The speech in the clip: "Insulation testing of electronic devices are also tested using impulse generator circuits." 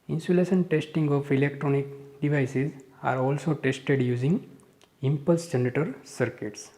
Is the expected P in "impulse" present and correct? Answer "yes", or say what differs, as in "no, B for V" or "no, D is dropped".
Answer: yes